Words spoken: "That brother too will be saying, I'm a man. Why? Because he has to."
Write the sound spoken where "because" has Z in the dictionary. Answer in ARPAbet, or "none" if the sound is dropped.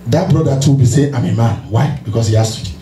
S